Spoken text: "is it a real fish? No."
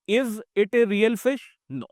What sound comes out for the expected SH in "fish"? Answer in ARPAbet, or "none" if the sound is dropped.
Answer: SH